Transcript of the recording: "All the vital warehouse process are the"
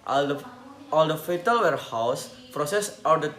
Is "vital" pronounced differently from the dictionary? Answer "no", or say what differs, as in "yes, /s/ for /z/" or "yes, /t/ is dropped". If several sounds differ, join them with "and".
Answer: yes, /f/ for /v/